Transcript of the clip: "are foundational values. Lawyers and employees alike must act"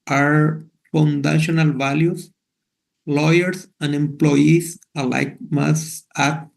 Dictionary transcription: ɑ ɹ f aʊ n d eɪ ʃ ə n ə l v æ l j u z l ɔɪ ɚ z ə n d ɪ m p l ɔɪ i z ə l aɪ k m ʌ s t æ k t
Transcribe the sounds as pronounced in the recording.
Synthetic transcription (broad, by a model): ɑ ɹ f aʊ n d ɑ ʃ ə n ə l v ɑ l j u s l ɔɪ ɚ s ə n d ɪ m p l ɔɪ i s ə l aɪ k m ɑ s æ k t